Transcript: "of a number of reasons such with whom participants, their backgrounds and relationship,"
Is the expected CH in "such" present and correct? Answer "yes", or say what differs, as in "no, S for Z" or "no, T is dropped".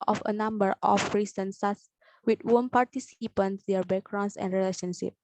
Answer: no, S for CH